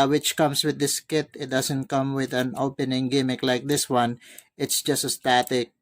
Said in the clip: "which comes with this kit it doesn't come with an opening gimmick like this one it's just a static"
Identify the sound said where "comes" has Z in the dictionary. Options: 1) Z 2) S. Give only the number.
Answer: 2